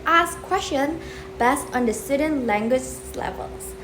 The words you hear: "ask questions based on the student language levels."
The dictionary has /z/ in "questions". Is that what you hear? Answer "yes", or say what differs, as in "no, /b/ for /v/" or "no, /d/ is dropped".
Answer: no, /z/ is dropped